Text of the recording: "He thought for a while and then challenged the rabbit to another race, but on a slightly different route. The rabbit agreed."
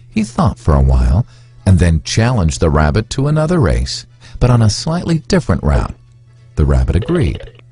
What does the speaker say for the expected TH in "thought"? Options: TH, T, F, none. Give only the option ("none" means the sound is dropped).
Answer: TH